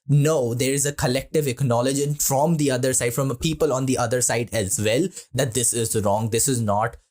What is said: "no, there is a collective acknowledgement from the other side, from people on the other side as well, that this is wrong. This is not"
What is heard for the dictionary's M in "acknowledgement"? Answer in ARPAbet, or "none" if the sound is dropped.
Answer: none